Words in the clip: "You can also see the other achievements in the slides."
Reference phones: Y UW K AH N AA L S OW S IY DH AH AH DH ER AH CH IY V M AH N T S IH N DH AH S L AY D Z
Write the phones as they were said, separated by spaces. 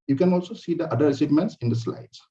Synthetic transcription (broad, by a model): Y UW K AH N AA L S OW S IY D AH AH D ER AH S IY M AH N T S IH N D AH S L AY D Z